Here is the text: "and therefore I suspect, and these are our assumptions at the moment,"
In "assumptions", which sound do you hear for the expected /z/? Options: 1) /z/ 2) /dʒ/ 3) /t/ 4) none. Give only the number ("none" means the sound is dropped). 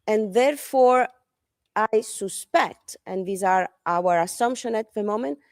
4